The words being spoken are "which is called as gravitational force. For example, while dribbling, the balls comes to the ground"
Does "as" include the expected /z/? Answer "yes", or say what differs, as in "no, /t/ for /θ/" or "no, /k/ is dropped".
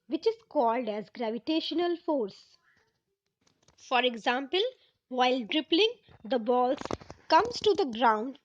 yes